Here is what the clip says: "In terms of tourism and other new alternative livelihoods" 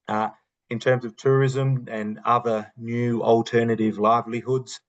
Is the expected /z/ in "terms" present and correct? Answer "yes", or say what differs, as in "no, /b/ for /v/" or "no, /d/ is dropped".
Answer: yes